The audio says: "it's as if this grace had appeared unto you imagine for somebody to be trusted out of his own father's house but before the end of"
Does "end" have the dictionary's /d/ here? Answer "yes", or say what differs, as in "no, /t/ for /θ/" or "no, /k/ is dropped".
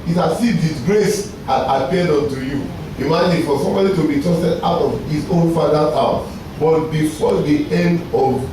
yes